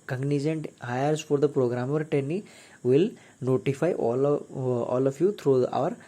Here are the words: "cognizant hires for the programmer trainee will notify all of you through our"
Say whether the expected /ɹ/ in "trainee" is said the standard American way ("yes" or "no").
no